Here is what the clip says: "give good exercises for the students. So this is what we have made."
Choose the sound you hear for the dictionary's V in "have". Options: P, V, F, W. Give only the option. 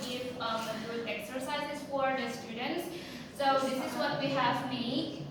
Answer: V